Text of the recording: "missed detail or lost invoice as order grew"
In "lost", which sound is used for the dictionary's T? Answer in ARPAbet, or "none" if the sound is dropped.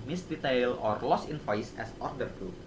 none